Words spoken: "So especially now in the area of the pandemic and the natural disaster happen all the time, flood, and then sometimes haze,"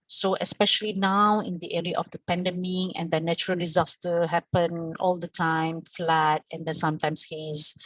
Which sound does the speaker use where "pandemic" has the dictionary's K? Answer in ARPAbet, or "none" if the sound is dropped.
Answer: none